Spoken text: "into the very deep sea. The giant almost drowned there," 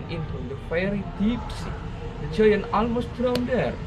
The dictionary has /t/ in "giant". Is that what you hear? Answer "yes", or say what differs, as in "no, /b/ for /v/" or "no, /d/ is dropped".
no, /t/ is dropped